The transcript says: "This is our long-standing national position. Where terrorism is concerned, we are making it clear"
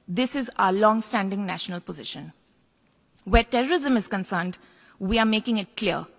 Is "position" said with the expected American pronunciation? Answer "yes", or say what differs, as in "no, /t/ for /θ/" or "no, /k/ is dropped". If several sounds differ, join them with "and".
yes